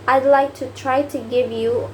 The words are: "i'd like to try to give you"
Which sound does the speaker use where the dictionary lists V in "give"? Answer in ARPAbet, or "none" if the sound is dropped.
V